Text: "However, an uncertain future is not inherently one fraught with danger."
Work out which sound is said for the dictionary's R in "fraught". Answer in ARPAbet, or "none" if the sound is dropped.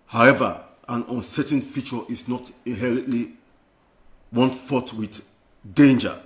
none